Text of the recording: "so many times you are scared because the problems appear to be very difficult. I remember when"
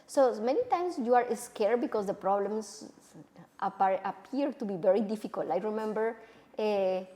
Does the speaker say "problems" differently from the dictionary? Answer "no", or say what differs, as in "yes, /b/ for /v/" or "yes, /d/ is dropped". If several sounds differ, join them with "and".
yes, /s/ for /z/